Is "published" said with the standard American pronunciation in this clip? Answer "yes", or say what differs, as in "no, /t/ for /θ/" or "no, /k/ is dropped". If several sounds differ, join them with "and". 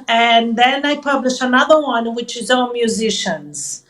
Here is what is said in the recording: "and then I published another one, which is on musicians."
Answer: no, /t/ is dropped